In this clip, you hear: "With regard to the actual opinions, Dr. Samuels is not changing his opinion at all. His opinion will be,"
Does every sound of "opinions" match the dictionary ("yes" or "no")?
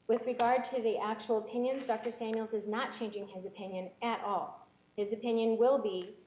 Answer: yes